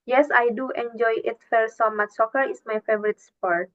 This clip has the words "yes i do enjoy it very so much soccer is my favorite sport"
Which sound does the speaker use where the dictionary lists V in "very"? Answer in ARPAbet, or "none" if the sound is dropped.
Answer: F